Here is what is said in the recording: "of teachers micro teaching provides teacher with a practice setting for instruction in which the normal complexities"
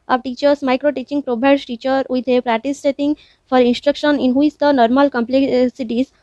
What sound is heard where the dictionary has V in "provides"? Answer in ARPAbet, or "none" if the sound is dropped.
B